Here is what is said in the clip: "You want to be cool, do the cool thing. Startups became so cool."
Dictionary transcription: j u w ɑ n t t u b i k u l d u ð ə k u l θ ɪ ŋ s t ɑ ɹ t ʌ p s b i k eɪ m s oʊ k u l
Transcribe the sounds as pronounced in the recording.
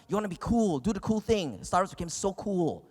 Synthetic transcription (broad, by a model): j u w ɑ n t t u b i k u l d u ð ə k u l θ ɪ ŋ s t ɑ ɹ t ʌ s b i k eɪ m s oʊ k u l